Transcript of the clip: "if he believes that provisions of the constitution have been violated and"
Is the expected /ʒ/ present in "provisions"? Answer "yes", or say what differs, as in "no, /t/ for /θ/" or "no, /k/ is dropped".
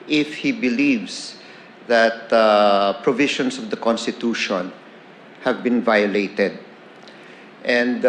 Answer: no, /ʃ/ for /ʒ/